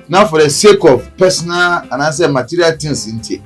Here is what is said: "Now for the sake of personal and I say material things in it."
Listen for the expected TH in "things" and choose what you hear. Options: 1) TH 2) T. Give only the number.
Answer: 2